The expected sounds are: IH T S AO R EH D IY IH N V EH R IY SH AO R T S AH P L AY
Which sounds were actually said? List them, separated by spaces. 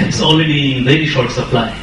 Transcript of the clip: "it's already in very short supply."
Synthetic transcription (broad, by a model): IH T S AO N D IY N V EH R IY SH AO R T S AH P L AY